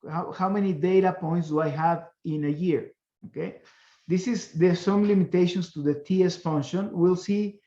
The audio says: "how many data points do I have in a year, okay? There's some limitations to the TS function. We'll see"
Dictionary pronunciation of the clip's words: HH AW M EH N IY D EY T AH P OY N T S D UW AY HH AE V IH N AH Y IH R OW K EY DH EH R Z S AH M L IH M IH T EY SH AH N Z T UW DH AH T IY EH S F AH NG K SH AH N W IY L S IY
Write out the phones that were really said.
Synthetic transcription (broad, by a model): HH AW M EH N IY D EY T AH P OY N T S D UW AY HH AE V IH N AH Y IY R OW K EY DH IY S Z S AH M L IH M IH T EY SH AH N S T UW DH AH T IY EH S F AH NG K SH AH N W IY L S IY